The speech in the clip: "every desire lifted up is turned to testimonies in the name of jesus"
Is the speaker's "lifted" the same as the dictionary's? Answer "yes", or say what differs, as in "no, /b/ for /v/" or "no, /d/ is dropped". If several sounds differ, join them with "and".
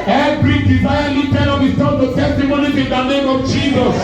no, /f/ is dropped